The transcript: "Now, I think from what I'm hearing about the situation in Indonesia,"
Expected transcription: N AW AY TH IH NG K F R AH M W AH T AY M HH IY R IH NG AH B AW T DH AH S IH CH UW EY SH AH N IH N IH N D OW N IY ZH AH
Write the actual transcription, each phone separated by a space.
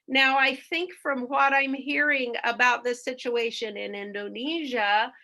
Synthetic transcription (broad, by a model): N AW AY TH IH NG K F R AH M W AH T AY M HH IY R IH NG AH B AW T DH AH S IH CH UW EY SH AH N IH N IH N D OW N IY ZH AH